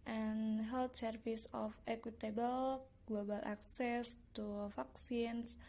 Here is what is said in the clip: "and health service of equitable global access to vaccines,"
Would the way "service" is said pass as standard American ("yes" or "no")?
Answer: no